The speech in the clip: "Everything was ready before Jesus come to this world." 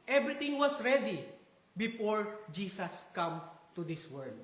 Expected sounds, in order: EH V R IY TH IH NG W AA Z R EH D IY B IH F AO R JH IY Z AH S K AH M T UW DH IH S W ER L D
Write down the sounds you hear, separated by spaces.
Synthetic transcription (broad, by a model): EH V R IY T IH NG W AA S R EH D IY B IH F AO R JH IY S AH S K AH M T UW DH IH S W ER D